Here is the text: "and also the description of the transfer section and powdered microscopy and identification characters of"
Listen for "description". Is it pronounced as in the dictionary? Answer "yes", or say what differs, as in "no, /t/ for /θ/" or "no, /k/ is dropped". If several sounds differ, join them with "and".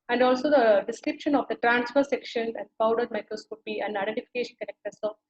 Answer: yes